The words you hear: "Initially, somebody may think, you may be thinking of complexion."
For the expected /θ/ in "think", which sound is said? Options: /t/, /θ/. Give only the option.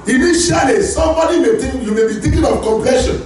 /t/